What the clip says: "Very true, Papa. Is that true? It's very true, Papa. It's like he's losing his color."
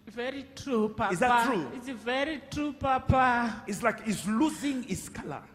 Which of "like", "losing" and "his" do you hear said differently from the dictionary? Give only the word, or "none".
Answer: his